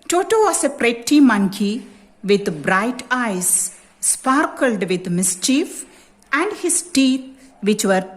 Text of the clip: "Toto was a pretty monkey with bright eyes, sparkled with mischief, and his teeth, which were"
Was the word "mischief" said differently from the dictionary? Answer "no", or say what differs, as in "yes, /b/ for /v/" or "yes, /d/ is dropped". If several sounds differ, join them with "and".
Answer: no